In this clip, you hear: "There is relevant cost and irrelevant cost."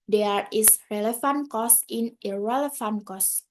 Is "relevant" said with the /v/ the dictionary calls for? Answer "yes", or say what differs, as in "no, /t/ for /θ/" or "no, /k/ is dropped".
no, /f/ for /v/